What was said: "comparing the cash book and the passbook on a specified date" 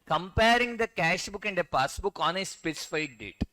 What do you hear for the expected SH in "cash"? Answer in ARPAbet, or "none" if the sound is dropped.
SH